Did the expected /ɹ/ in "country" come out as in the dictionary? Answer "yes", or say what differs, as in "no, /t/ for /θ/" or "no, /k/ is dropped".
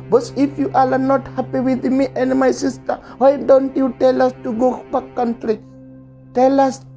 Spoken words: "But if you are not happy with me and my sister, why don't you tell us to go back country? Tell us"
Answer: yes